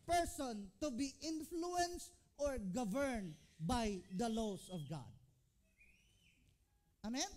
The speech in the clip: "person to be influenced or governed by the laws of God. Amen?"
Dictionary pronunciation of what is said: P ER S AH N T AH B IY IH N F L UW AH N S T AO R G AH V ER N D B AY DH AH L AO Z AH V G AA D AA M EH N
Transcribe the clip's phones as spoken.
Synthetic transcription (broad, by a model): P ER S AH N T AH B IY IH N F L UW AH N S T AO R G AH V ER N D B AY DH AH L AO S AH V G AA D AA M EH N